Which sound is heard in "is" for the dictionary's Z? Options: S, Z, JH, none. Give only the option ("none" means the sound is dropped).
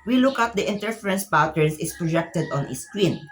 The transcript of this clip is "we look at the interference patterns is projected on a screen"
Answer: S